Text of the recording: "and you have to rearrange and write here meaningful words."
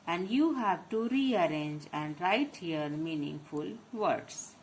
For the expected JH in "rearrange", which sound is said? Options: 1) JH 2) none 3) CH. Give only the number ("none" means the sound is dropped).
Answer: 1